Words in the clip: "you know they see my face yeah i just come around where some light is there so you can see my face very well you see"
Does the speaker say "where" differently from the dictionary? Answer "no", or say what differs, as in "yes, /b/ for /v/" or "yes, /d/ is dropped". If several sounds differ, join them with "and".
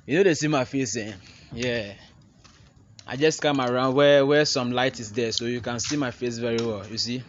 yes, /w/ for /ɹ/